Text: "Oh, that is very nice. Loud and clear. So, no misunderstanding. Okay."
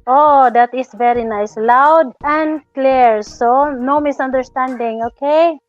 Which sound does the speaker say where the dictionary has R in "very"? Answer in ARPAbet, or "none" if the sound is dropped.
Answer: R